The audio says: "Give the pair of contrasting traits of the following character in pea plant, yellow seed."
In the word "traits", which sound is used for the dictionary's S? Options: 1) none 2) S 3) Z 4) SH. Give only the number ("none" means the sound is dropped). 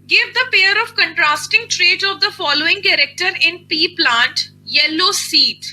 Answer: 1